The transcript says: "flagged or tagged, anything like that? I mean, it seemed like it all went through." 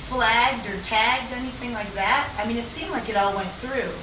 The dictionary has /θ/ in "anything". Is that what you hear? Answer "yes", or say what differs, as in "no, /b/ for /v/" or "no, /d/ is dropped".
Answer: yes